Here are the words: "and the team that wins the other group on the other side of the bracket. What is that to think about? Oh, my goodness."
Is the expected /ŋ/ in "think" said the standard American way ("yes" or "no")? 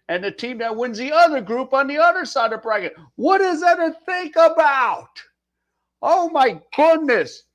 yes